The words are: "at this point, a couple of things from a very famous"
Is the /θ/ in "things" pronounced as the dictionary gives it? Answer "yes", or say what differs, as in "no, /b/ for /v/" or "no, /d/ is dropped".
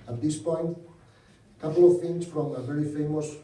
no, /f/ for /θ/